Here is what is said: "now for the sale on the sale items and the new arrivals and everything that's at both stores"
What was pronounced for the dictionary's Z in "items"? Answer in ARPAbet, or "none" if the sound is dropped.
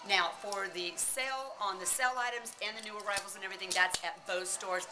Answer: Z